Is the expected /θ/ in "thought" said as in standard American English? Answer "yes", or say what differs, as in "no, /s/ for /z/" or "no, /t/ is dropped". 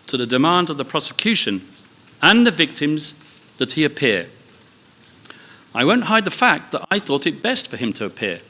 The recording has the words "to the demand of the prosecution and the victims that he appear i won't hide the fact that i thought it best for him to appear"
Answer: yes